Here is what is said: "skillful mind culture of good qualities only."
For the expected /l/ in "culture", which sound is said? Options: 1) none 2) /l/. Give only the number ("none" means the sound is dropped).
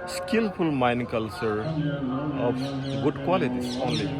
2